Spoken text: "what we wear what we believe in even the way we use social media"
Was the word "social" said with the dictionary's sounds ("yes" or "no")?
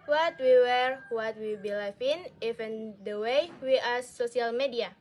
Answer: no